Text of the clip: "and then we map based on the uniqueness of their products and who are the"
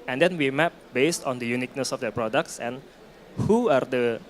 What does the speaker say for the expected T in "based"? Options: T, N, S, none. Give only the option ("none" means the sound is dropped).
T